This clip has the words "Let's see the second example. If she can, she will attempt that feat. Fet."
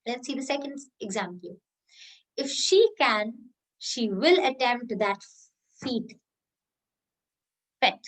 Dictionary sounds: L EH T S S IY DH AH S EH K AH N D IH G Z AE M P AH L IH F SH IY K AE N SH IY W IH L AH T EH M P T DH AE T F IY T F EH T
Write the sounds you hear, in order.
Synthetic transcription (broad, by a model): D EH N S S IY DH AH S EH K AH N D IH G Z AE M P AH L IH F SH IY K AE N SH IY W IH L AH T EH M T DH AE T F IY T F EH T